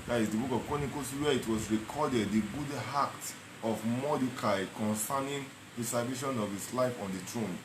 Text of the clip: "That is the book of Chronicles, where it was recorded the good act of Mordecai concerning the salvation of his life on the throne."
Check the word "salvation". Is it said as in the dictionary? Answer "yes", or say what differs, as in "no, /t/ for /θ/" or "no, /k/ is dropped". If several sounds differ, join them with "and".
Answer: no, /l/ is dropped